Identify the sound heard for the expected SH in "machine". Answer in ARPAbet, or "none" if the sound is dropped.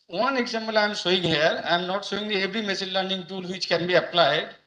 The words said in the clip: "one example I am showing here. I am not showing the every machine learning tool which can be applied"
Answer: S